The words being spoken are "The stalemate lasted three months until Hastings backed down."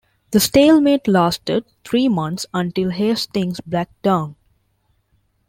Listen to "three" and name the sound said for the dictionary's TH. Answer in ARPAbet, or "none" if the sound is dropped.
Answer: T